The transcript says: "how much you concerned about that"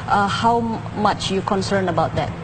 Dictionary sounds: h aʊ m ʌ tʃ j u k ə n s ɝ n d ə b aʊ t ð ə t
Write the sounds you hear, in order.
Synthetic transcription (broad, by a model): h aʊ m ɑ tʃ j u k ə n s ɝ n ə b aʊ t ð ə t